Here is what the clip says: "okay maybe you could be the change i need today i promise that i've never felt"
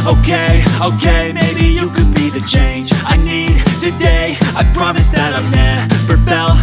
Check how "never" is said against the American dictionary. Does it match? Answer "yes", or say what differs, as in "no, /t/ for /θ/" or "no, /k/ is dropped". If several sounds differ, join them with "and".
no, /p/ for /v/